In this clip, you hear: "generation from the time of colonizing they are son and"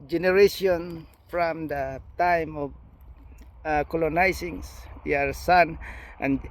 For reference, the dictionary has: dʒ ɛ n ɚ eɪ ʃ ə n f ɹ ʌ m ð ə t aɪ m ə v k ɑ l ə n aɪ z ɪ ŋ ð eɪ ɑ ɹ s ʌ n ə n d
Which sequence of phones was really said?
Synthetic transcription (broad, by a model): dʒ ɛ n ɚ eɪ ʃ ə n f ɹ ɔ m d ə t aɪ m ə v k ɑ l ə n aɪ s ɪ ŋ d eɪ ɑ ɹ s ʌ n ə n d